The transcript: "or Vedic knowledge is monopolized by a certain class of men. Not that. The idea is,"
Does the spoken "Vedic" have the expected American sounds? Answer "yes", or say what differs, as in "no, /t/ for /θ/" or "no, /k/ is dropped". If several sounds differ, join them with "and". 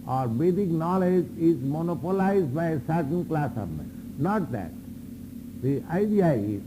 no, /b/ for /v/